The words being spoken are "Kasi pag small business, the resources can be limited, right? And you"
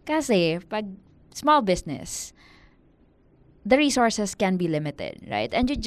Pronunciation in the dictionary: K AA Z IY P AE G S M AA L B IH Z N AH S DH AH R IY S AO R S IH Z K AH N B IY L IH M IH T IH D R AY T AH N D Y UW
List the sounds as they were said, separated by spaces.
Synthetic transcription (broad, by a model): K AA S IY P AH G S M AA L B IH S N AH S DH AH R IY S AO R S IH S K AH N B IY L IH M IH T IH D R AY T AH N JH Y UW